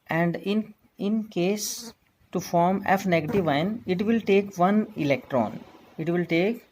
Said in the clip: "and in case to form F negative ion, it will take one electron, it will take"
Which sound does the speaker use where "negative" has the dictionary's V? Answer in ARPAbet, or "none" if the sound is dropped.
V